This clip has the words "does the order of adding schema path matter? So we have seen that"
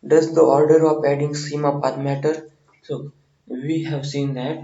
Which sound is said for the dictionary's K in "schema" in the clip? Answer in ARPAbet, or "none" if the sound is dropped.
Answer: none